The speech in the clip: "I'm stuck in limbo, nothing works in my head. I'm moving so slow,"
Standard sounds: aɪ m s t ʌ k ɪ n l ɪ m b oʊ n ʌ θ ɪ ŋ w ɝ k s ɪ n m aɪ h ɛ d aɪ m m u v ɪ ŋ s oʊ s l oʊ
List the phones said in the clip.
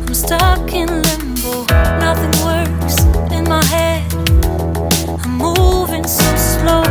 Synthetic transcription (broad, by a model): aɪ m s t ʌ k ɪ n l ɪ m b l n ʌ θ ɪ ŋ w ɝ s ɪ n m aɪ h ɛ d aɪ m m u v ɪ ŋ s oʊ s l oʊ